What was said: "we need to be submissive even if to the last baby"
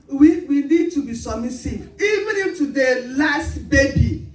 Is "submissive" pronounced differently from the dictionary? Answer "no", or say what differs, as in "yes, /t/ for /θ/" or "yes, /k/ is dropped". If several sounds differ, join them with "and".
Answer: yes, /b/ is dropped and /v/ is dropped